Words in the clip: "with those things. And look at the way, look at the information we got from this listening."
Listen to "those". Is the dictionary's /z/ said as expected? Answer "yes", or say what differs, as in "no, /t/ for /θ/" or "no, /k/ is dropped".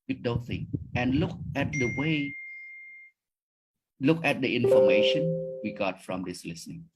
no, /z/ is dropped